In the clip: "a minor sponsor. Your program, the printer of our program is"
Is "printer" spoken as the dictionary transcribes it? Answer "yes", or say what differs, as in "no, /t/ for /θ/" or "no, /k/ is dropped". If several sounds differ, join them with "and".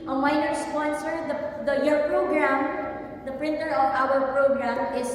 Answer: yes